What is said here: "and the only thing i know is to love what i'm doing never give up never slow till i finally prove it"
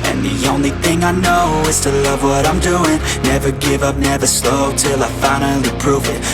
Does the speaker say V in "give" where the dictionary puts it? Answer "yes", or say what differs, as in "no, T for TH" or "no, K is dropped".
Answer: yes